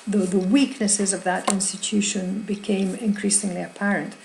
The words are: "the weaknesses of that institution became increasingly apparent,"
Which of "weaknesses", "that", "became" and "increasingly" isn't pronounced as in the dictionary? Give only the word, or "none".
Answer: none